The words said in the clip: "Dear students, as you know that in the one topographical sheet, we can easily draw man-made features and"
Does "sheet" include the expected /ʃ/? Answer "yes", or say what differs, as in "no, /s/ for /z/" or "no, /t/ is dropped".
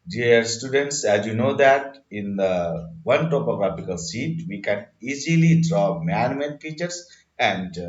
no, /s/ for /ʃ/